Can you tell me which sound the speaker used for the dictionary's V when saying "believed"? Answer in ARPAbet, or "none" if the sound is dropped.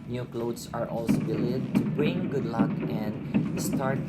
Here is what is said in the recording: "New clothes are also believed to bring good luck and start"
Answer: none